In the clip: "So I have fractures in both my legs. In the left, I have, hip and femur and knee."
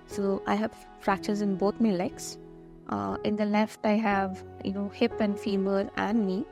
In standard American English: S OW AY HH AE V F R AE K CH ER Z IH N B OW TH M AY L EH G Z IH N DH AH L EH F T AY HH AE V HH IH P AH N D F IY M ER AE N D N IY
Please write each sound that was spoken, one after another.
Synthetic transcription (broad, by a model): S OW AY HH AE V F R AE K CH ER Z IH N B OW T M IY L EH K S IH N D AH L EH F T AY HH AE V HH IH P AH N D F IY M ER AE N D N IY